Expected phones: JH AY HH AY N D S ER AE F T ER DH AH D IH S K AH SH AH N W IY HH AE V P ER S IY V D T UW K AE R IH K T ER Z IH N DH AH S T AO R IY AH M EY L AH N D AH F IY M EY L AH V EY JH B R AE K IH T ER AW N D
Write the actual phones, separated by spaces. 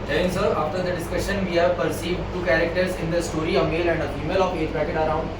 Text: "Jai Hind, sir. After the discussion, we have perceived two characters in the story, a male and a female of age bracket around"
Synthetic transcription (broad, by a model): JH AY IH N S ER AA F T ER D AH D IH S K AH SH AH N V IY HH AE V P ER S IY V D T UW K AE R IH K T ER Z IH N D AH S T AO R IY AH M EY L AH N D AH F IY M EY L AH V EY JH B AE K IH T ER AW N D